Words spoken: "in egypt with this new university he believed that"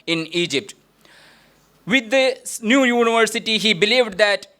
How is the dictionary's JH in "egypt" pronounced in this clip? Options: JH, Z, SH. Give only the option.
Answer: JH